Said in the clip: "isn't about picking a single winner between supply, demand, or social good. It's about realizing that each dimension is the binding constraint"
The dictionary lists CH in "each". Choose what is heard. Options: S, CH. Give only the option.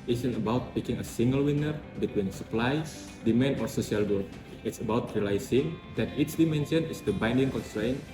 S